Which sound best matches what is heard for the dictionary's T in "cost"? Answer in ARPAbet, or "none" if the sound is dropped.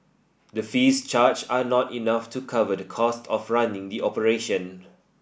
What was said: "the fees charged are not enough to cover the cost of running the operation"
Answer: T